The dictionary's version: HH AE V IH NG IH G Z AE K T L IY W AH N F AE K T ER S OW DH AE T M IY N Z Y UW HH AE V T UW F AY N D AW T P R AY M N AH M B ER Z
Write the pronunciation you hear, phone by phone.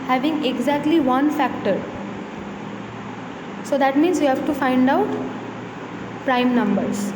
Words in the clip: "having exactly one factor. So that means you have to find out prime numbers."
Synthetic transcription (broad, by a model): HH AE V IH NG IH G Z AE K T L IY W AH N F AE K T ER S OW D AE T M IY N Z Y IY HH AE V T UW F AY N D AW T P R AY M N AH M B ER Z